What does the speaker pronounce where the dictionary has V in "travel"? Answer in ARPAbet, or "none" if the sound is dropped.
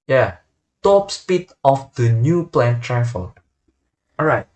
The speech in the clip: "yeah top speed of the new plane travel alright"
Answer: F